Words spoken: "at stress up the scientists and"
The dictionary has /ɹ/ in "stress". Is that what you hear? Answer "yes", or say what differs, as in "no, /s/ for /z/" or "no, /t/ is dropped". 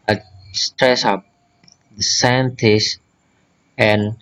yes